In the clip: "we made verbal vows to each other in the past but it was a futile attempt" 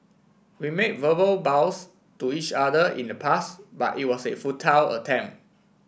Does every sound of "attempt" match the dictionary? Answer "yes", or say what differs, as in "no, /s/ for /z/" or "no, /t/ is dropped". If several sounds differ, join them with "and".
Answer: no, /p/ is dropped